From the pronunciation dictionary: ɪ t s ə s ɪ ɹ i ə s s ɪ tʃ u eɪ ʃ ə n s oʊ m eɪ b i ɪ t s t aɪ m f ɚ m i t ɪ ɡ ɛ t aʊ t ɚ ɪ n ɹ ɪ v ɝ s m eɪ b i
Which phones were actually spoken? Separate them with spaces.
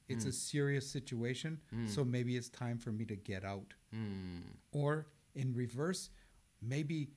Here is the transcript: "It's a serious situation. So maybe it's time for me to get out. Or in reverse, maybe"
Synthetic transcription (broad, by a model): ɪ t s ə s ɪ ɹ i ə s s ɪ tʃ u eɪ ʃ ə n s oʊ m eɪ b i ɪ t s t aɪ m f ɚ m i t ɪ ɡ ɛ t aʊ t ɚ ɪ n ɹ ɪ v ɝ s m eɪ b i